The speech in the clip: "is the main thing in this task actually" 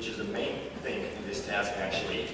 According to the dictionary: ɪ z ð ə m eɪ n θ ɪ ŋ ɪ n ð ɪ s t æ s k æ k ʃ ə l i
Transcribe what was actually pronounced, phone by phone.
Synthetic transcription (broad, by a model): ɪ z ð ə m eɪ n θ ɪ ŋ ɪ n ð ɪ s t æ s k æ k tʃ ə l i